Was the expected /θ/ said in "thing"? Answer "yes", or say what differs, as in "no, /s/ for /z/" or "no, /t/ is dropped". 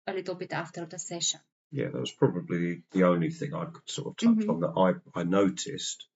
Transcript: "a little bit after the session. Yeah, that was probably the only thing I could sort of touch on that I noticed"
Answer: yes